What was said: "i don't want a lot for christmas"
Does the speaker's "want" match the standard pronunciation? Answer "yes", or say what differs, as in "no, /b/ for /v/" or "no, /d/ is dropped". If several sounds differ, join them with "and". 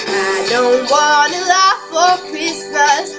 no, /t/ is dropped